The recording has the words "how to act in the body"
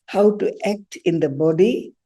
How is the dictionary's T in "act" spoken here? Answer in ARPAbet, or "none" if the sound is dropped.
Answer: T